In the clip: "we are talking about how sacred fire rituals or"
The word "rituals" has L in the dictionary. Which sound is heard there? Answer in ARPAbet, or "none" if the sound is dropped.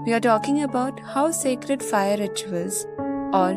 none